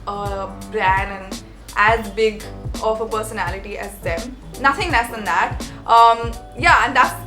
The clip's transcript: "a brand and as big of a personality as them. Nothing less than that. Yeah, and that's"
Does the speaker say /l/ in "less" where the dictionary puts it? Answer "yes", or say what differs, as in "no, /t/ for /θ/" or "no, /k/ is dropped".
no, /n/ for /l/